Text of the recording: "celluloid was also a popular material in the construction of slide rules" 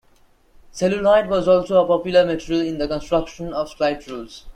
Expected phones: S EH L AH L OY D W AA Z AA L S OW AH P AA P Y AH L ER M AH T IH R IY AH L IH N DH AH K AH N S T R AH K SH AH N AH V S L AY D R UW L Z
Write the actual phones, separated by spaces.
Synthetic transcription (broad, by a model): S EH L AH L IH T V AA Z AA L S OW AH P AA P Y AH L ER M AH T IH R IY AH L IH N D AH K AH N S T R AH K SH AH N AH V S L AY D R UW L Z